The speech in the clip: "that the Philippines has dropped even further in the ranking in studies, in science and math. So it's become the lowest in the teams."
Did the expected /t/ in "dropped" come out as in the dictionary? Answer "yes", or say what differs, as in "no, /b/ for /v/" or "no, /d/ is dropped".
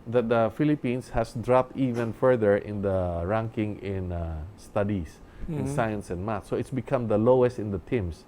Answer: yes